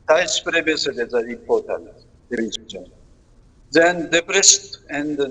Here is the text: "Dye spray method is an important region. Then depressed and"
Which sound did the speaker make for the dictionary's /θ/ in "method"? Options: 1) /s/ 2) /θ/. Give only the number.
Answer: 1